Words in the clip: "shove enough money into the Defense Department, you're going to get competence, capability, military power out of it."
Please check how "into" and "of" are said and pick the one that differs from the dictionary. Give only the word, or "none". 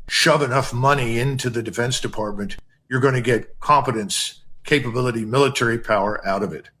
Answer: none